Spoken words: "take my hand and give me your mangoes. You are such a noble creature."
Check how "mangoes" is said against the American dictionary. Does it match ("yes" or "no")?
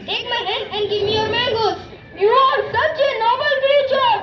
no